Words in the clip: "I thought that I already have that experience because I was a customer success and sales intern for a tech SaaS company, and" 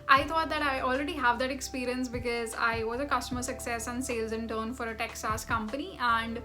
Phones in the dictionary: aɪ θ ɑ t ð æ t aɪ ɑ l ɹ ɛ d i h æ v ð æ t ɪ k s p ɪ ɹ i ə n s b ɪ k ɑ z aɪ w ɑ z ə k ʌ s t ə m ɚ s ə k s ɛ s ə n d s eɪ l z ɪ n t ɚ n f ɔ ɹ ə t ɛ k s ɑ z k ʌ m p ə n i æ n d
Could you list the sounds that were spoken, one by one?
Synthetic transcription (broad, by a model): aɪ t ɑ t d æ t aɪ ɑ l ɹ ɛ d i h æ v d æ t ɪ k s p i ɹ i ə n s b ɪ k ɑ z aɪ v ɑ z ə k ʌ s t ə m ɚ s ə k s ɛ s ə n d s eɪ l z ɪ n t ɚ n f ɔ ɹ ə t ɛ k s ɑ s k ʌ m p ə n i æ n d